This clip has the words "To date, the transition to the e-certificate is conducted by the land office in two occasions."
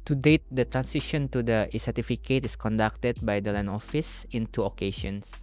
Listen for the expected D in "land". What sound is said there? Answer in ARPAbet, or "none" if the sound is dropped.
none